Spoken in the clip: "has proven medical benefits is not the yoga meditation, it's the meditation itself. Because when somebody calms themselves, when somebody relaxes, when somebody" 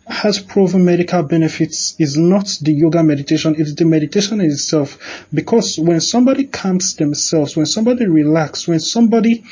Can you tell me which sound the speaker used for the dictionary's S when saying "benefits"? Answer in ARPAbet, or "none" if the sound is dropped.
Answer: S